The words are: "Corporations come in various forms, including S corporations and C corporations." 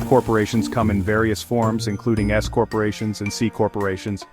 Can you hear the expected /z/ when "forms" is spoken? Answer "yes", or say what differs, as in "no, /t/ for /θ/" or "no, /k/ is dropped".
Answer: yes